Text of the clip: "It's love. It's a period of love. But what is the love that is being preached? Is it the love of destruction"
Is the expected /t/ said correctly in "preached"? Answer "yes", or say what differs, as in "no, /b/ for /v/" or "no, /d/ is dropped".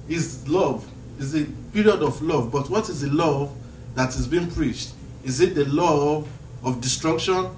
yes